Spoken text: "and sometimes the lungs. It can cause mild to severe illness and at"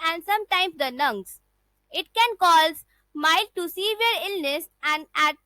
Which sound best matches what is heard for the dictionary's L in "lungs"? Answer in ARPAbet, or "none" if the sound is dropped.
N